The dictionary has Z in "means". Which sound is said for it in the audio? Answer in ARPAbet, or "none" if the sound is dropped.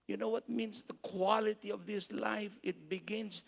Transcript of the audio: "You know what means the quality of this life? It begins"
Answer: S